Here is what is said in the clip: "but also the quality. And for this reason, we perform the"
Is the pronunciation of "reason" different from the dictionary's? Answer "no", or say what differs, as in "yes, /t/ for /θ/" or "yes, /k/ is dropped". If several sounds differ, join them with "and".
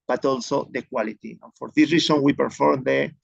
yes, /s/ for /z/